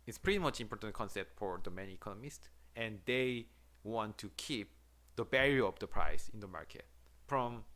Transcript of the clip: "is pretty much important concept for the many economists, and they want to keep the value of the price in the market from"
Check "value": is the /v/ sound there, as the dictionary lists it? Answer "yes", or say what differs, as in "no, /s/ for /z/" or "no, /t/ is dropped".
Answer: no, /b/ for /v/